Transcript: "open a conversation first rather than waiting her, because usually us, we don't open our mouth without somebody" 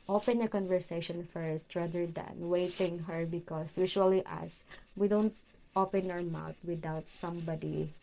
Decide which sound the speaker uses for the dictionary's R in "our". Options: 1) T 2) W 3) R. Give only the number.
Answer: 3